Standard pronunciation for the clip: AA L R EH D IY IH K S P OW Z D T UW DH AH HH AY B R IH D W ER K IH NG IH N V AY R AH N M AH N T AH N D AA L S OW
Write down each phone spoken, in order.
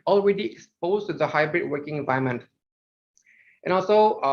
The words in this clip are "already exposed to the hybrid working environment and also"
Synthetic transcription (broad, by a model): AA L R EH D IY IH K S P OW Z T UW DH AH HH AY B R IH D W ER K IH NG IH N V AY AH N M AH N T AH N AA L S OW